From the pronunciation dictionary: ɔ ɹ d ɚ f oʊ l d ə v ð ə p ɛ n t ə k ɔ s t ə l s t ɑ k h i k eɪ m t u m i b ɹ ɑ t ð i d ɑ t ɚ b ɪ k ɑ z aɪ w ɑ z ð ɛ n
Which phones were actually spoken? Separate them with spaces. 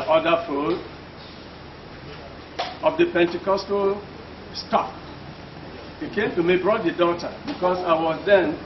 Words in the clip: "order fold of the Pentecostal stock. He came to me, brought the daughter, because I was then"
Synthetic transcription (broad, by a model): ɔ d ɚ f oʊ d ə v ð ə p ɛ n t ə k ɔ s t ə s t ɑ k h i k eɪ m t u m i b ɹ ɑ t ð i d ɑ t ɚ b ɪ k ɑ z aɪ w ɑ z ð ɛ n